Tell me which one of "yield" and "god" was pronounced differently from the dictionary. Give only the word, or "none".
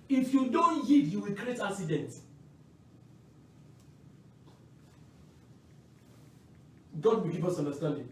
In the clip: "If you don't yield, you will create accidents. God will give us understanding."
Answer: yield